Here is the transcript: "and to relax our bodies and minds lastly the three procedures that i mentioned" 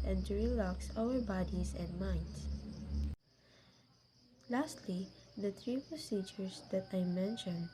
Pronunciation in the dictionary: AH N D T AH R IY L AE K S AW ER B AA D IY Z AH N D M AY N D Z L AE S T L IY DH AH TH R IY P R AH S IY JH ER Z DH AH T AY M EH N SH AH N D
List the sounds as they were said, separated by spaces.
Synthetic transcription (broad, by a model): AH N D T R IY L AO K S AW ER B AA D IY S AH N D M AY N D S L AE S T L IY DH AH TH R IY P R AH S IY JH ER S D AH T AY M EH N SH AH N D